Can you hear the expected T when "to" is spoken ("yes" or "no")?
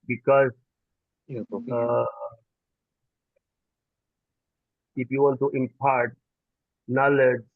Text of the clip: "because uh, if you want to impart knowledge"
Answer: yes